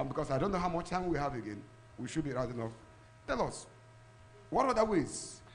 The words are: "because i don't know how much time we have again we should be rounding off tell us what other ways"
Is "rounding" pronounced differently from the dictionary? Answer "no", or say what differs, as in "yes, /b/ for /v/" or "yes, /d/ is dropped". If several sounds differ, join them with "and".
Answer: yes, /n/ is dropped